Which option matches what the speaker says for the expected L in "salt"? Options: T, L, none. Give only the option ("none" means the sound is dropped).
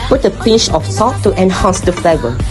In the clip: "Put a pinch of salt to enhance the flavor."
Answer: none